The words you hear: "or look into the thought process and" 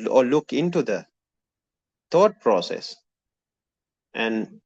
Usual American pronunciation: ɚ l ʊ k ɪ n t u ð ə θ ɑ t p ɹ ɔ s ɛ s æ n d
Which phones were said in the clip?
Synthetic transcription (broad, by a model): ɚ l ʊ k ɪ n t u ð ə t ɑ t p ɹ ɔ s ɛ s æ n d